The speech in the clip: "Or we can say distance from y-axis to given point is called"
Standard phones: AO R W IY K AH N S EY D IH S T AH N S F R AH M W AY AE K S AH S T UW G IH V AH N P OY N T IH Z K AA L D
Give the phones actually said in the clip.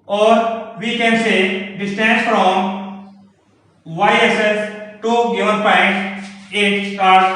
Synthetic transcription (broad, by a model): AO R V IY K AH N S EY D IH S T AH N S F R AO M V AY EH S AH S T UW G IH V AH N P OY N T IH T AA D